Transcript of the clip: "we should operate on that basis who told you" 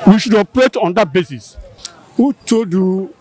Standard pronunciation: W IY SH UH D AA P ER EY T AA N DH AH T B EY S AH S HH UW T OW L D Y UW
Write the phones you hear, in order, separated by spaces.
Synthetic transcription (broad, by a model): W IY SH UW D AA P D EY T AA N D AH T B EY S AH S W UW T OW D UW